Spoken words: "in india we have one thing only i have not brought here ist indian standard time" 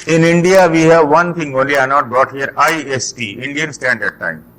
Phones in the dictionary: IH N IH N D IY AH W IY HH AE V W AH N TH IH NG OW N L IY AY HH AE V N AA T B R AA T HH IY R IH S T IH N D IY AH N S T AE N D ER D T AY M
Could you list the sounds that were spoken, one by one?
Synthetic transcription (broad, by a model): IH N IH N D IY AH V IY HH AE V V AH N T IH NG OW N L IY AY N AA T B R AA T HH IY R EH S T IH N D IY AH N S T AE N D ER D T AY M